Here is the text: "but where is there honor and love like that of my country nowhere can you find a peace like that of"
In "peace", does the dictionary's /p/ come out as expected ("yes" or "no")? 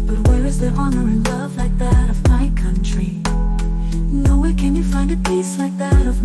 yes